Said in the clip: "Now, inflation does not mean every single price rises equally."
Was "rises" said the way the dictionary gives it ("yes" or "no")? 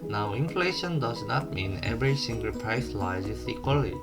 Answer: no